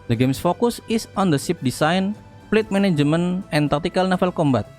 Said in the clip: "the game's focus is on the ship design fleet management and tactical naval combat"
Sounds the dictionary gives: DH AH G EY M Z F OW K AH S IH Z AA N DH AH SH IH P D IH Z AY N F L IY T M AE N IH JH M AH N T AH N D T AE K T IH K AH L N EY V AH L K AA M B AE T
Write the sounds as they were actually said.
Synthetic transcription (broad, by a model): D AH G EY M S F OW K AH S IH S AA N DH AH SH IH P D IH S AY N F L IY T M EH N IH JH M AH N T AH N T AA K T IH K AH L N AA F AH L K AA M B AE T